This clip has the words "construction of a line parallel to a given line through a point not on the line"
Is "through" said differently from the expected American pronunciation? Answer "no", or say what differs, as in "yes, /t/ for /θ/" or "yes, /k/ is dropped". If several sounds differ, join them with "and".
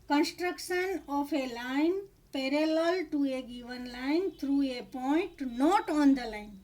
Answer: yes, /t/ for /θ/